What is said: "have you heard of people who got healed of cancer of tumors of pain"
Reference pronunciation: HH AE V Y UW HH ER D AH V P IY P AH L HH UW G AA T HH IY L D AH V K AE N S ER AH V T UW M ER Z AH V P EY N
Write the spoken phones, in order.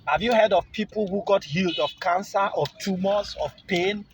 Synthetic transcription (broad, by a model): HH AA V Y UW HH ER D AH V P IY P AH L HH UW G AA T HH IY L D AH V K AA N S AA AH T UW M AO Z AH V P EY N